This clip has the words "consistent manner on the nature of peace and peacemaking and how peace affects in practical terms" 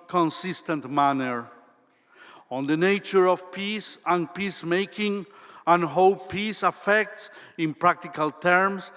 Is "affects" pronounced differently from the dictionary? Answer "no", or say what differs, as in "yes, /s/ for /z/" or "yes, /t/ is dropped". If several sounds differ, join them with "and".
no